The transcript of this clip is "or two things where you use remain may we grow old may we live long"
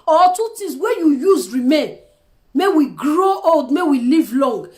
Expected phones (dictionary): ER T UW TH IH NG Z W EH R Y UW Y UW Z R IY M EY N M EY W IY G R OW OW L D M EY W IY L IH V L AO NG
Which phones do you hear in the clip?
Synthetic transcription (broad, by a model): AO T UW T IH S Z W EH Y UW Y UW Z R IY M EY N M EY W IY G R OW OW L D M EY W IY L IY V L AO NG